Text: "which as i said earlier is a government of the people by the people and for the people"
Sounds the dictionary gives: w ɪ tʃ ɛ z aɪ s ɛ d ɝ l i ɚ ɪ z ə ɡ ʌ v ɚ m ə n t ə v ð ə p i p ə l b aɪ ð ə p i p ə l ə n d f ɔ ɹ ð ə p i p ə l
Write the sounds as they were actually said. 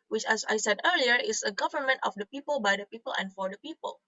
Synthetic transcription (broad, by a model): w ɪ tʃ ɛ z aɪ s ɛ d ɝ l i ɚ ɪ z ə ɡ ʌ v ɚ m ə n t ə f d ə p i p ə l b aɪ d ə p i p ə l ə n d f ɔ ɹ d ə p i p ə l